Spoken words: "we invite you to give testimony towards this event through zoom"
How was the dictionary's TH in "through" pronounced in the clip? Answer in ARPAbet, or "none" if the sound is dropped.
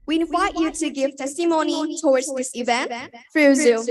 F